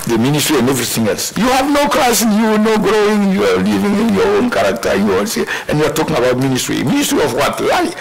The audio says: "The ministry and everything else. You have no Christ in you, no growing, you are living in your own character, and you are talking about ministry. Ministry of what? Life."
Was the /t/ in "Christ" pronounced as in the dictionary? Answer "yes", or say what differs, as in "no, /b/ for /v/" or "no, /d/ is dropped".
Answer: no, /t/ is dropped